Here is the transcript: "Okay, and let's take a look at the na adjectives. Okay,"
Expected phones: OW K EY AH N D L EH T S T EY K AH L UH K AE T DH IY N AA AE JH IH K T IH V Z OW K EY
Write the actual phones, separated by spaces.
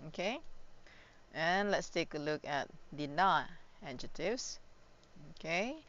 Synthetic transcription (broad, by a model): OW K EY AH N L EH T S T EY K AH L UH K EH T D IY N AA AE JH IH T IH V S OW K EY